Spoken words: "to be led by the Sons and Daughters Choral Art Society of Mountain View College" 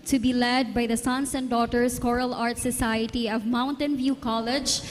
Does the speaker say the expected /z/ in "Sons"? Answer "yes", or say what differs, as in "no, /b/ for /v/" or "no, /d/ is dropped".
no, /s/ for /z/